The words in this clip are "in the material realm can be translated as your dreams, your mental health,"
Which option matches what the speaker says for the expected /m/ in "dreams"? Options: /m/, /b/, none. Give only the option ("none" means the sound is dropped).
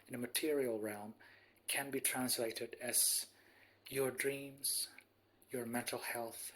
/m/